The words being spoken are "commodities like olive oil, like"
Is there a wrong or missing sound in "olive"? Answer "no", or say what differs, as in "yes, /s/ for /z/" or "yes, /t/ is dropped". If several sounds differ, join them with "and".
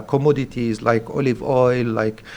no